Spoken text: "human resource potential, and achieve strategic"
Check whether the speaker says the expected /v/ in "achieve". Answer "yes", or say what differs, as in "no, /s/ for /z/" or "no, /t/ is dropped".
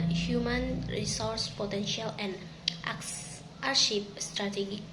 no, /p/ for /v/